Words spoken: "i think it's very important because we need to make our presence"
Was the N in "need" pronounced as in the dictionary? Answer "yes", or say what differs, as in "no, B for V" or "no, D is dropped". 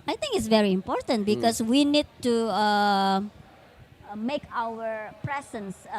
yes